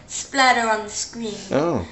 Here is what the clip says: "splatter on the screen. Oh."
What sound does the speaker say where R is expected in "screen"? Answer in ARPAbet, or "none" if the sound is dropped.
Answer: W